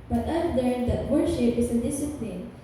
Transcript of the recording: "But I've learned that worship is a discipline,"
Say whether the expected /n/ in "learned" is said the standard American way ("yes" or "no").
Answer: no